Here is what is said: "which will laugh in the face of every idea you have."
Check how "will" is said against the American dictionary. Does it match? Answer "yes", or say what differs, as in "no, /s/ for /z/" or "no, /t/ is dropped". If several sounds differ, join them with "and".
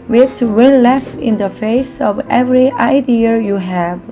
no, /n/ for /l/